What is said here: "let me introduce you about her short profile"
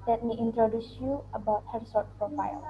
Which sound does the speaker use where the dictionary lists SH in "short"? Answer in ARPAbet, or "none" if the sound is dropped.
S